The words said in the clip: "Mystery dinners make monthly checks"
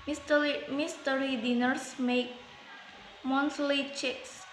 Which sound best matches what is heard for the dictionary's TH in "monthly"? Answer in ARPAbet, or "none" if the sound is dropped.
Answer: S